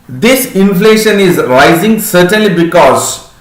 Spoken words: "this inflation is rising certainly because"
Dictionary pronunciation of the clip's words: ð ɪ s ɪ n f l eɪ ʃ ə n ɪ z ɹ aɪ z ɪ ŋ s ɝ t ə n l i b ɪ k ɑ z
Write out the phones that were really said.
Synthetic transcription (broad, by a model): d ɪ s ɪ n f l eɪ ʃ ə n ɪ z ɹ aɪ z ɪ ŋ s ɝ t ə n l i b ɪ k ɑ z